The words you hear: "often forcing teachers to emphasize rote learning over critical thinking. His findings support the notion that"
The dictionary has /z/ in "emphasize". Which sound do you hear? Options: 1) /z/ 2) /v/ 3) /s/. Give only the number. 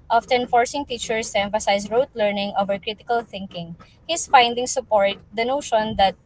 3